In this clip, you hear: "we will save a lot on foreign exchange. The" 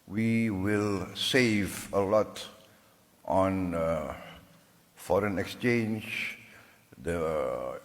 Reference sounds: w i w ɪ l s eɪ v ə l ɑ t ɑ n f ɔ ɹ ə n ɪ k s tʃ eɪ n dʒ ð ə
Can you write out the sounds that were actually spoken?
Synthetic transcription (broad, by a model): w i w ɪ l s eɪ v ə l ɑ t ɑ n f ɔ ɹ ə n ɪ k s tʃ eɪ n dʒ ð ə